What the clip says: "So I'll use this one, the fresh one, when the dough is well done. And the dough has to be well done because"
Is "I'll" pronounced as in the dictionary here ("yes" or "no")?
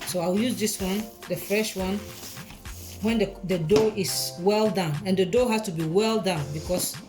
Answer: no